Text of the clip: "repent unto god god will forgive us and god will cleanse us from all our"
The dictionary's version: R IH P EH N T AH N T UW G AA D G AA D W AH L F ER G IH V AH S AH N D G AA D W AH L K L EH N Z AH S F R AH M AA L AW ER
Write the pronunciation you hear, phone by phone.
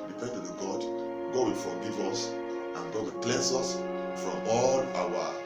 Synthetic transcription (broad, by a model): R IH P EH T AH T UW G AA D G AA D W AH L F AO G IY V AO S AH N G AA D W AH L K L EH N S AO S F R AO M AA L AW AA